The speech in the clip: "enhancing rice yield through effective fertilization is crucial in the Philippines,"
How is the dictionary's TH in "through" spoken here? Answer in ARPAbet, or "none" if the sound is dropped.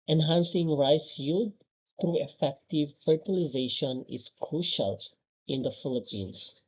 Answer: T